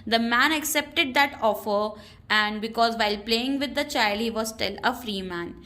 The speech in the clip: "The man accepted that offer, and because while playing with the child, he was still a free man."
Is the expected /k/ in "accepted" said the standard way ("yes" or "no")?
yes